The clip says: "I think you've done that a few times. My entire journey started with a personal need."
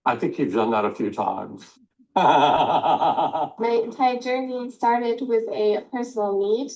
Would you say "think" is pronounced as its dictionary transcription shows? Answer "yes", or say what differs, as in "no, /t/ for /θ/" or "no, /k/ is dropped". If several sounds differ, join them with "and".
yes